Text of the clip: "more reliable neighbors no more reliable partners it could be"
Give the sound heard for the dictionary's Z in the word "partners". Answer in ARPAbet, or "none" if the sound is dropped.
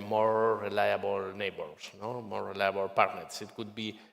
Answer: S